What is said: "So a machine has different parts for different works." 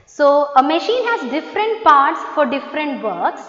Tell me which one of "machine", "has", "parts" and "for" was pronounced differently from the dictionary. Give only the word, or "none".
none